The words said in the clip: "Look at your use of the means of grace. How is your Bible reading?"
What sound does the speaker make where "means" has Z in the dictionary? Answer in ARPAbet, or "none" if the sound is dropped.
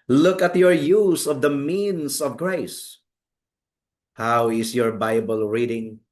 S